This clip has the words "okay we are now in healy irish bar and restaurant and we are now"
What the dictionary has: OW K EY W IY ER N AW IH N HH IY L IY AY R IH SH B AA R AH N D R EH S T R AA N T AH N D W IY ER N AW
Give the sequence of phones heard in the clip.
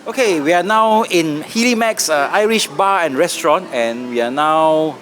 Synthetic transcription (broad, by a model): OW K EY W IY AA N AW IH N HH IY L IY AY R IH SH B AA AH N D R EH S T R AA N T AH N W IY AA N AW